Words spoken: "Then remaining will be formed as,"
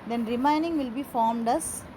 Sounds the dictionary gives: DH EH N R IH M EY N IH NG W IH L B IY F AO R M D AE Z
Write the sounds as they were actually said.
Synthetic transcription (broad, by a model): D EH N R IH M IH N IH NG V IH L B IY F AO R M D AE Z